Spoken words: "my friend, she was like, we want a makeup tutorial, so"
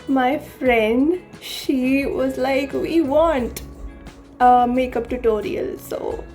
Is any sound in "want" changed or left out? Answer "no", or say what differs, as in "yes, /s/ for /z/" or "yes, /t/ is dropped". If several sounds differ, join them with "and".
no